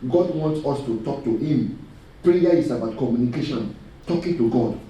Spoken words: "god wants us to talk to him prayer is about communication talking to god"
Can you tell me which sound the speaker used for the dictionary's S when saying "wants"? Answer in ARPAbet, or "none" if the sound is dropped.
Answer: S